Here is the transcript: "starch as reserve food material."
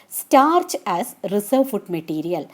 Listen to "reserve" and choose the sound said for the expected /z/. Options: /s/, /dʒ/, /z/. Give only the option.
/s/